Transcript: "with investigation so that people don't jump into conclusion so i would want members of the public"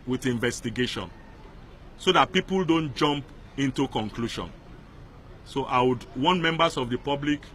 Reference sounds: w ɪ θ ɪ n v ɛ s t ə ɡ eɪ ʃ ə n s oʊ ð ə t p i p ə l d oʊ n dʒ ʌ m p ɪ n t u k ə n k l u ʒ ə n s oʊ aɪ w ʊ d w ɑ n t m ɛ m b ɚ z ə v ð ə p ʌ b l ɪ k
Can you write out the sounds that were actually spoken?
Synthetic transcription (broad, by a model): w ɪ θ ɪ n v ɛ s t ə ɡ eɪ ʃ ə n s oʊ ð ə t p i p ə l d oʊ n dʒ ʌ m p ɪ n t u k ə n k l u ʃ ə n s oʊ aɪ w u d w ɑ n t m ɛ m b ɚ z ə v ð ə p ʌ b l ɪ k